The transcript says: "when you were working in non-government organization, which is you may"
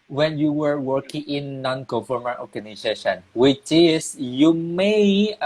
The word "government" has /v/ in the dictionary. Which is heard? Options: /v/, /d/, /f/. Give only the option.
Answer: /f/